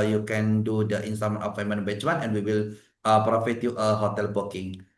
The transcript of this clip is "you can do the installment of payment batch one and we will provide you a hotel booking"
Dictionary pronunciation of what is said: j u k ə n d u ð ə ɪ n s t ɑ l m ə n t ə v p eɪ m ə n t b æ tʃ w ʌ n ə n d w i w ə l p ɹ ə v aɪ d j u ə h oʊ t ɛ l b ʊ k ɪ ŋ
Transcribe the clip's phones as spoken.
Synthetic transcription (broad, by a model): j u k ə n d u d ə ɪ n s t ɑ m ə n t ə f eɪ m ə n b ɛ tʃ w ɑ n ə n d w i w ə l p ɹ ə f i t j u ə h oʊ t ɛ l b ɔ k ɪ ŋ